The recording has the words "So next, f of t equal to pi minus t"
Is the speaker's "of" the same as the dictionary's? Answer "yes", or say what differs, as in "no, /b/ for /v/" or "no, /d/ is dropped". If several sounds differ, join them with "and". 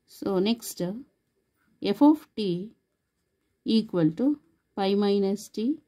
no, /p/ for /v/